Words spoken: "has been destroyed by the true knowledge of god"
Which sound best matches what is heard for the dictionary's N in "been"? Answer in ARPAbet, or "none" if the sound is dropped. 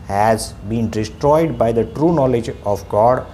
N